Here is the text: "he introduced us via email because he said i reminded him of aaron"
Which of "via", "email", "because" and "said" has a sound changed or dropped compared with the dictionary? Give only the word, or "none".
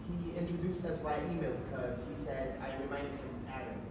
via